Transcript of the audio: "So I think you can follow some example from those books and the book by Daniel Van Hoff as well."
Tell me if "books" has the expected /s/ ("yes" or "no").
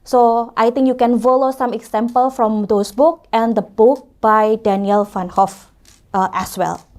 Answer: no